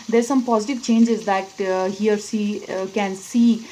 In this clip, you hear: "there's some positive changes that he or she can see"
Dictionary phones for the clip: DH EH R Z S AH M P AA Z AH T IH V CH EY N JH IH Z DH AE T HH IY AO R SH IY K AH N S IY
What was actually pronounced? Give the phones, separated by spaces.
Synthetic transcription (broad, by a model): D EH R S AH M P AA Z AH T IH V CH EY N JH IH Z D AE T HH IY AO R S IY K AH N S IY